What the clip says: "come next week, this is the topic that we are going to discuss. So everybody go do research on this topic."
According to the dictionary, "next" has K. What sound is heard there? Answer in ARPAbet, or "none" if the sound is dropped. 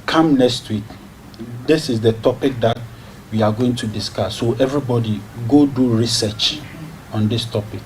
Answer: K